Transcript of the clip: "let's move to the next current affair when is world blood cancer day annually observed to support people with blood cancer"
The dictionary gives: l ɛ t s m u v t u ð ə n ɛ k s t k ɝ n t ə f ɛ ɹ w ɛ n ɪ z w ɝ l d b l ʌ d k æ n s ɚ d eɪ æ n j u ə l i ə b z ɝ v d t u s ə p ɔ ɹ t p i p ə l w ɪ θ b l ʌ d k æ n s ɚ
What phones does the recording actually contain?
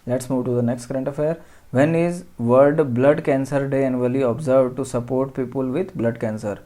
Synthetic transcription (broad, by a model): l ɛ t s m u v t u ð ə n ɛ k s t k ɝ n t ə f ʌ ɹ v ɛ n ɪ z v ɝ d b l ʌ d k æ n s ɚ d eɪ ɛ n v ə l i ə b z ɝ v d t u s ə p ɔ ɹ t p i p ə l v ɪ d b l ʌ d k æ n s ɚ